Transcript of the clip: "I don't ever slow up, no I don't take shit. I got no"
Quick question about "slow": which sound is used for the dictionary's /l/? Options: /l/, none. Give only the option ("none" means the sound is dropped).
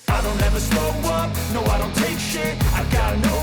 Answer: none